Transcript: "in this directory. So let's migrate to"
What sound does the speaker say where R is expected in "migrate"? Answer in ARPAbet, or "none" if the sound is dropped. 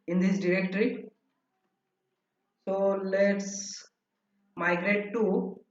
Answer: R